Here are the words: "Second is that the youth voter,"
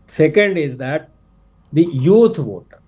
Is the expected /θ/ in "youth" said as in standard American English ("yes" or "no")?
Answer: no